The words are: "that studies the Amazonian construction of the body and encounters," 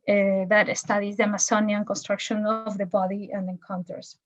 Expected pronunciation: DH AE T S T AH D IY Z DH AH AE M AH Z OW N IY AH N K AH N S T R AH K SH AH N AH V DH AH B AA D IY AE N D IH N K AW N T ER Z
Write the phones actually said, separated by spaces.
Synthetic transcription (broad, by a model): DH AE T S T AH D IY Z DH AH M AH S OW N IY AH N K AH N S T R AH K SH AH N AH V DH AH B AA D IY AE N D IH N K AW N T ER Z